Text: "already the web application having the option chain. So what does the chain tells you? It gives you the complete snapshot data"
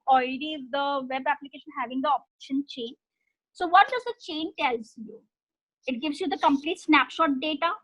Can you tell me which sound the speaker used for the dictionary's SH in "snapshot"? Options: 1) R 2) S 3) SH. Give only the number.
3